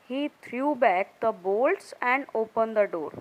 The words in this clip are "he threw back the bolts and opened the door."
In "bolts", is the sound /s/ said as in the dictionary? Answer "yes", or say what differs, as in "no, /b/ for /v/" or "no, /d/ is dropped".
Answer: yes